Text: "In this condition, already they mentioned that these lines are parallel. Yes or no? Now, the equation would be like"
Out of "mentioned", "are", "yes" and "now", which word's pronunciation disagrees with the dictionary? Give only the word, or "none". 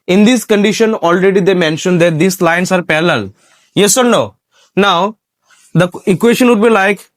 none